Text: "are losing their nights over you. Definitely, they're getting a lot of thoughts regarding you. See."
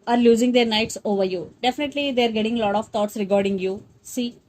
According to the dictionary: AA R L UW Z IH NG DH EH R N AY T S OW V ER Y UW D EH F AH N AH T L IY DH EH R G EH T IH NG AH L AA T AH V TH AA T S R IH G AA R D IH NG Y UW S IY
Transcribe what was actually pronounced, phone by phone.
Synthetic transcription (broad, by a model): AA R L UW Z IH NG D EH R N AY T S OW V ER Y UW D EH F AH N AH T L IY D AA R G EH T IH NG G L AA T AH V T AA T S R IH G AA R D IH NG Y UW S IY